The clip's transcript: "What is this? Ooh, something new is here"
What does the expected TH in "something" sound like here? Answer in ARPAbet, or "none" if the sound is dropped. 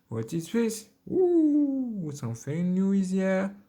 F